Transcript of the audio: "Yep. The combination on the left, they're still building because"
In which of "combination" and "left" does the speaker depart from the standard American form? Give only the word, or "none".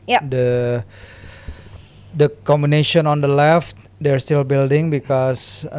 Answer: none